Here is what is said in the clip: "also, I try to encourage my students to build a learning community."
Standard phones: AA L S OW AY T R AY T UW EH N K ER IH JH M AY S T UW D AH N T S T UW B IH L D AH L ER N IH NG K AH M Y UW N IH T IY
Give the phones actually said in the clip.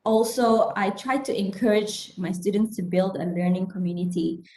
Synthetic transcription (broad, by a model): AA L S OW AY T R AY T UW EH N K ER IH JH M AY S T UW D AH N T S T UW B IH L D AH L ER N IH NG K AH M Y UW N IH T IY